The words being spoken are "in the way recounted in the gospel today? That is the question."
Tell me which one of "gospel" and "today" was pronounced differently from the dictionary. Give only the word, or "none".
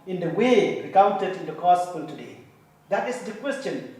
gospel